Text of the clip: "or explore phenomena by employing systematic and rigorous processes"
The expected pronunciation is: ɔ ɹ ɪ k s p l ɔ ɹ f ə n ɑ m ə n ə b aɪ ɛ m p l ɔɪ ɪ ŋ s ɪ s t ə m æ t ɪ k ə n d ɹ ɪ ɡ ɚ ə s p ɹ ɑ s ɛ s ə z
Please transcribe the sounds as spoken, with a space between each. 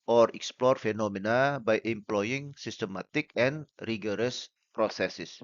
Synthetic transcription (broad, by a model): ɔ ɹ ɪ k s p l ɔ ɹ f ə n ɑ m ə n ə b aɪ ɛ m p l ɔɪ ɪ ŋ s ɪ s t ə m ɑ t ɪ k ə n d ɹ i ɡ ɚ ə s p ɹ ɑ s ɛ s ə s